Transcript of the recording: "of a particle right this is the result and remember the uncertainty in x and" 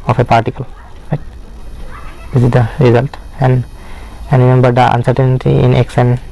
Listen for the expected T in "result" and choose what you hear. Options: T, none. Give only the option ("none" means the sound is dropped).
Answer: T